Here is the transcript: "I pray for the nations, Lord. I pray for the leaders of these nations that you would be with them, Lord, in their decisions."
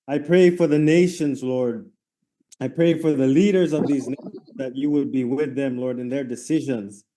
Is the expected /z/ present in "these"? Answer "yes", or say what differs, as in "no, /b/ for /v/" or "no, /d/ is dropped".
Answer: yes